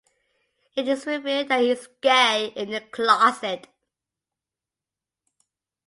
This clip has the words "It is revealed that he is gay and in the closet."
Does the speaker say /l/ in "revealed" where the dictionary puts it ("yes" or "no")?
no